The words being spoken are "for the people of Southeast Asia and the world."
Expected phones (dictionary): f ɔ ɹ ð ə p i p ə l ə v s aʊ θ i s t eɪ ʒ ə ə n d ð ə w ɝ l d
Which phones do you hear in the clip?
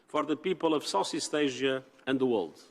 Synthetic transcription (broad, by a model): f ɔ ɹ ð ə p i p ə l ə v s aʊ s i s t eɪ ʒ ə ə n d ð ə w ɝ l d